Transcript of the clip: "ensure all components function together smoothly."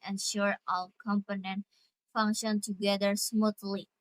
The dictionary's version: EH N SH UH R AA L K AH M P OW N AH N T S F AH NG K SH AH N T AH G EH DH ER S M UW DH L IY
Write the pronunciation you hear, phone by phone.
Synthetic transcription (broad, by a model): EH N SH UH R AA L K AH M P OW N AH N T F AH NG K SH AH N T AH G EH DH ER S M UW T L IY